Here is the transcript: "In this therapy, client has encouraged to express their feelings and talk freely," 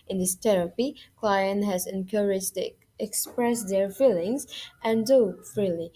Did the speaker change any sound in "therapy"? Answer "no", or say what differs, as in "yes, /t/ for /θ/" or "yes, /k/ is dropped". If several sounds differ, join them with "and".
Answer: yes, /t/ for /θ/